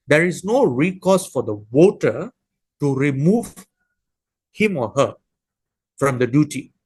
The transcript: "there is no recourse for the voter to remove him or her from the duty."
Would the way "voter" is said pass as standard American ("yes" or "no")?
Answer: no